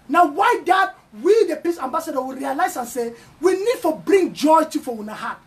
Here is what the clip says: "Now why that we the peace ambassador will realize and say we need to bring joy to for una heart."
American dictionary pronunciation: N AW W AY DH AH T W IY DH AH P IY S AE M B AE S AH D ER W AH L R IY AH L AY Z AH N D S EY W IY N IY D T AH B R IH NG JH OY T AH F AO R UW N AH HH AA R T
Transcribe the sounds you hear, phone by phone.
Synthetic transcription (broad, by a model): N AW W AY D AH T W IY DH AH P IY S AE M B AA S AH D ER W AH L R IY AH L AY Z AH N S EY W IY N IY D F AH B R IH NG JH OY T AH F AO W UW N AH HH AA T